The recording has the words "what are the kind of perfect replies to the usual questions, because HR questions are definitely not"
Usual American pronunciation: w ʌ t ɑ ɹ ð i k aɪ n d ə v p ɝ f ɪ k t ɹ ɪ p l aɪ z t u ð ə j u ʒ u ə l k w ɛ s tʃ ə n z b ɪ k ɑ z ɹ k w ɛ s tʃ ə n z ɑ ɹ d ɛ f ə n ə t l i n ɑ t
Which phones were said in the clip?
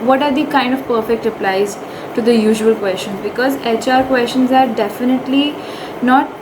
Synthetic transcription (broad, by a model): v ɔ t ɑ ɹ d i k aɪ n d ə v p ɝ f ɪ k t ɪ p l aɪ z t u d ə j u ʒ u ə l k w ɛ s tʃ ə n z b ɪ k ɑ z ɹ k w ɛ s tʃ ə n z ɑ ɹ d ɛ f ə n ə t l i n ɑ t